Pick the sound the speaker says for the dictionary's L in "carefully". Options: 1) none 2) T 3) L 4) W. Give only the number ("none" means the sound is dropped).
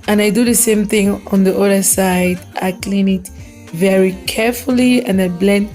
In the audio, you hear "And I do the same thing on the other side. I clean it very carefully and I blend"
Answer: 3